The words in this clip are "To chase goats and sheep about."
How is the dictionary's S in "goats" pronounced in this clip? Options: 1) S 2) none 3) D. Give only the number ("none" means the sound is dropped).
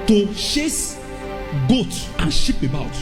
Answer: 2